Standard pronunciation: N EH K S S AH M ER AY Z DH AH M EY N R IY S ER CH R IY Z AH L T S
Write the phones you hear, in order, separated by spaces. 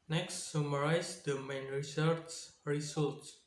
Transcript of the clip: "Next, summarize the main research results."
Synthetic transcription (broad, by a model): N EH K S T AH M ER AY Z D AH M EY N R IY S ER S R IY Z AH L T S